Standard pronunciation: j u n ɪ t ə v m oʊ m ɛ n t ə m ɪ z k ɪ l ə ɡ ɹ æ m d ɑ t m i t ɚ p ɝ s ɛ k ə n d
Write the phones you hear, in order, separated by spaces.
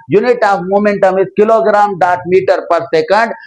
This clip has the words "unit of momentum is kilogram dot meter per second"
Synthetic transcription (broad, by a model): j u n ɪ t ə p m oʊ m ɛ n t ə m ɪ s k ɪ l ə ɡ ɹ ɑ m d ɑ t m i t ɚ p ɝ s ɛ k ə n d